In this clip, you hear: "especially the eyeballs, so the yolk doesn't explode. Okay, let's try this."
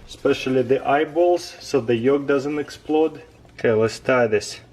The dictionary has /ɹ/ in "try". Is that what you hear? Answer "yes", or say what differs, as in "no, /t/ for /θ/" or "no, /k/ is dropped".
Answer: no, /ɹ/ is dropped